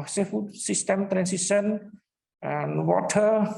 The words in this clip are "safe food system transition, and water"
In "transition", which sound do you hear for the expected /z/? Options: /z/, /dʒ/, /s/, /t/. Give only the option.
/s/